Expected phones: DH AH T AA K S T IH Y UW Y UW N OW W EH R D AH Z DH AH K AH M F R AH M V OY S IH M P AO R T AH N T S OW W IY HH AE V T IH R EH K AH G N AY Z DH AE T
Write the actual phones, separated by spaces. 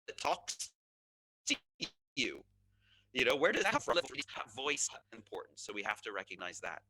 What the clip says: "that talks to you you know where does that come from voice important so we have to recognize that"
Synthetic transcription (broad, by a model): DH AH T AA K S T IH Y UW Y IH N OW W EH R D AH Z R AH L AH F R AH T V OY S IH M P AO R T N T S OW W IY HH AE F T IH R EH K AH G N AY Z DH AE T